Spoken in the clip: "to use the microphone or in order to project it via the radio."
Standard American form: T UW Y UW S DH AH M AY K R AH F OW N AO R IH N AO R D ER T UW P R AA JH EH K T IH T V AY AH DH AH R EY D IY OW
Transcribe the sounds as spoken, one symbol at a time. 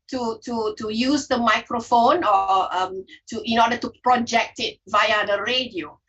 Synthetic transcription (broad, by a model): T UW Y UW S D AH M AY K R AH F OW N AO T IH N AO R D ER T UW P R AA JH EH K T IH T V AY AH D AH R EY D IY OW